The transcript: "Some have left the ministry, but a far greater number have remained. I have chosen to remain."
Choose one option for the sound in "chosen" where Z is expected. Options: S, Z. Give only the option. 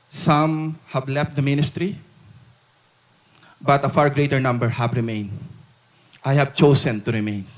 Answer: S